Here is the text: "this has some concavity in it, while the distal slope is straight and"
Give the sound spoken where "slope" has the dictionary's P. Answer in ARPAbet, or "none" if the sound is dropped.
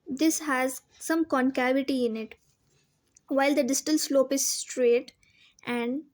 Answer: P